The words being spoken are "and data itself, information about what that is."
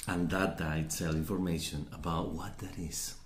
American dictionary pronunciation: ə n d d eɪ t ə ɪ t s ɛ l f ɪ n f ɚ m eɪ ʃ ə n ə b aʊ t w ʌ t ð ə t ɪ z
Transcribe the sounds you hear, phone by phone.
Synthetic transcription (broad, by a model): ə n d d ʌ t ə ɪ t ɛ l ɪ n f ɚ m eɪ ʃ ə n ə b aʊ t w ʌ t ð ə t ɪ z